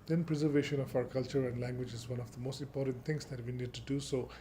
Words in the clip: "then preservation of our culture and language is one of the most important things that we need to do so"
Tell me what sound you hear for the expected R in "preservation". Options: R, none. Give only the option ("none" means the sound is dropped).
R